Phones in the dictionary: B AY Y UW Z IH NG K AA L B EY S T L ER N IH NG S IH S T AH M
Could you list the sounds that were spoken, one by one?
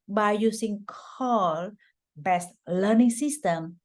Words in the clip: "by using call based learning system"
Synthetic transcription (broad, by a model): B AY Y UW S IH NG K AA L B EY S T L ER N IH NG S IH S T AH M